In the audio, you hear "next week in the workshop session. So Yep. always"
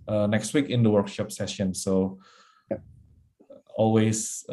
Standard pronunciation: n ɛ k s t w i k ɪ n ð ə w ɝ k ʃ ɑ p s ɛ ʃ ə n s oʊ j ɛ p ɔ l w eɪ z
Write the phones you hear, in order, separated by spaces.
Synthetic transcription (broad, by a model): n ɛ k s t w i k ɪ n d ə w ɝ k ʃ ɑ p s ɛ ʃ ə n s oʊ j ɔ l w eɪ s